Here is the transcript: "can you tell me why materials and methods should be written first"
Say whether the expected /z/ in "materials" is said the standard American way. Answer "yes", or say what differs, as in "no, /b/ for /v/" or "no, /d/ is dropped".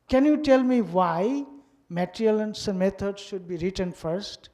no, /z/ is dropped